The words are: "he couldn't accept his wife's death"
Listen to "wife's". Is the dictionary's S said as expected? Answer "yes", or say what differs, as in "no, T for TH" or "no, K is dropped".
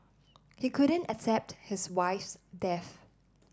yes